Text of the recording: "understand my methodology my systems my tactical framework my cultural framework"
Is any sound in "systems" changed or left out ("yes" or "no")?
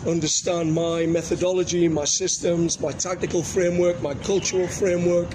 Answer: no